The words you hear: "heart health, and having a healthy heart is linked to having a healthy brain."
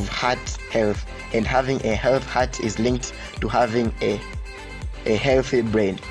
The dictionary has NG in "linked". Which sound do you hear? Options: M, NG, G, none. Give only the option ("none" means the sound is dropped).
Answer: NG